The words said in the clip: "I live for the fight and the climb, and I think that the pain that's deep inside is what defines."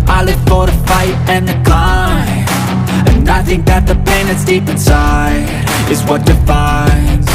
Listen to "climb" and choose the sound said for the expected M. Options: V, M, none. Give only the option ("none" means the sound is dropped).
none